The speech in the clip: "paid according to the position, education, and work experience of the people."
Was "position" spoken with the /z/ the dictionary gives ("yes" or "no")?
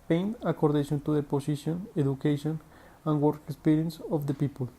no